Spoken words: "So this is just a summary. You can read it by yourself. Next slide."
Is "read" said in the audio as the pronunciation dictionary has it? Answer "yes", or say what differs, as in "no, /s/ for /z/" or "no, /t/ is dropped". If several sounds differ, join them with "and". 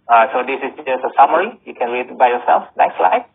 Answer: no, /l/ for /ɹ/